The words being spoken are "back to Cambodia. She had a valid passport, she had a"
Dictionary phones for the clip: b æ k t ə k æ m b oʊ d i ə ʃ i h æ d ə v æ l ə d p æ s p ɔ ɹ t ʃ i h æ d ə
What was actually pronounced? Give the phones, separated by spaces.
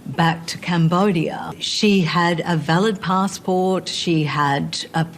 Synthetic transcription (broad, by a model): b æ k t ə k æ m b oʊ d i ə ʃ i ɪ d ə v æ l ə d p æ s p ɔ ɹ t ʃ i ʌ d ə